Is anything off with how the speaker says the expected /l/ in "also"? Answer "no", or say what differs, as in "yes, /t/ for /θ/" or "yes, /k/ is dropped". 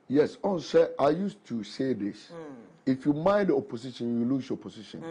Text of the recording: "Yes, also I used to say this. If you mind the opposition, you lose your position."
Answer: yes, /n/ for /l/